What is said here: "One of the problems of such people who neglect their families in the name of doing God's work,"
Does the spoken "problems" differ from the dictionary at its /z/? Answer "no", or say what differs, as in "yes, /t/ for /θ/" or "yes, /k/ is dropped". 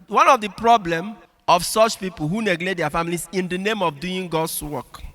yes, /z/ is dropped